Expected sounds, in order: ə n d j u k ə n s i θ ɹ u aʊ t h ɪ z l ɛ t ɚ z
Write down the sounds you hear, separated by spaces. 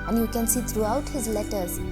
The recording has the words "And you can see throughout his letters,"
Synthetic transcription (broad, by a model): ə n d j u k ə n s i t ɹ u aʊ t h ɪ z l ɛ t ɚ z